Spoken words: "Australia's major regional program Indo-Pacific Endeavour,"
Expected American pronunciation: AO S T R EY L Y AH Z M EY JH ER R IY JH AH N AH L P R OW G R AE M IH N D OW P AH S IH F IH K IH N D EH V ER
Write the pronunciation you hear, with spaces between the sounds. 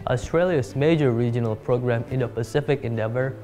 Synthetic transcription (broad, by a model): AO S T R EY L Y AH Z M EY JH ER R IY JH AH N AH L P R OW G R AE M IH N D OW P AH S IH F IH K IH N D EH V ER